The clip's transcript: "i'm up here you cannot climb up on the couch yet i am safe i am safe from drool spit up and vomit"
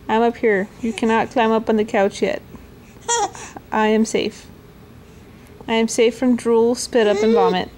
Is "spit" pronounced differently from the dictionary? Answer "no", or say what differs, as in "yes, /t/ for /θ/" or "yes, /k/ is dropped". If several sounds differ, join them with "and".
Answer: no